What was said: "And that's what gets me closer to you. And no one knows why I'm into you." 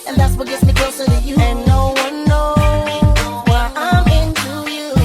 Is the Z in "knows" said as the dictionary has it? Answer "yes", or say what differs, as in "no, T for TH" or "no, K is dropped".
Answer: no, Z is dropped